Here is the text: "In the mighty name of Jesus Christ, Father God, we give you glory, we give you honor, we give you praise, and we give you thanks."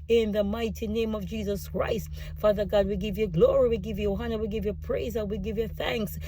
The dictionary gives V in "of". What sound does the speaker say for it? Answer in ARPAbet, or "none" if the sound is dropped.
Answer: V